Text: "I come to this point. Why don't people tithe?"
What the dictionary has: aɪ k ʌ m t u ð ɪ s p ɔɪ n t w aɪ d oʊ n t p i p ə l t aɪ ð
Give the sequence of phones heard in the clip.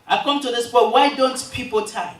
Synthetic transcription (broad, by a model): aɪ k ʌ m t u ð ɪ s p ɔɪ t w aɪ d oʊ n t p i p ə l t aɪ